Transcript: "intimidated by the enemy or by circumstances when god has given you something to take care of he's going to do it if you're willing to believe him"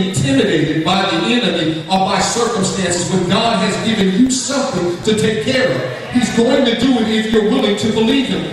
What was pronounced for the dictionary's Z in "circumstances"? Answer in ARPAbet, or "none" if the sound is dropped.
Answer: Z